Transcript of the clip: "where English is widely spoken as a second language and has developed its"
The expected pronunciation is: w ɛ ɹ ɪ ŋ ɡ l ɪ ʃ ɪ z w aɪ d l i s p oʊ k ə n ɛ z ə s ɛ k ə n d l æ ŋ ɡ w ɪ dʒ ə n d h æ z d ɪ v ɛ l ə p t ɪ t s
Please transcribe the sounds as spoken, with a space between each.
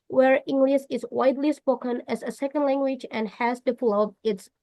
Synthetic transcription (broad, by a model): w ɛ ɹ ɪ ŋ ɡ l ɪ s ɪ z w aɪ d l i s p oʊ k ə n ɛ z ə s ɛ k ə n d l æ ŋ ɡ w ɪ dʒ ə n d h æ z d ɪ p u l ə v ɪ t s